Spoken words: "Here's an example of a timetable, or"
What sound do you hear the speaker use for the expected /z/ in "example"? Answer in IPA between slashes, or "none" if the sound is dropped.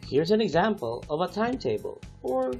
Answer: /z/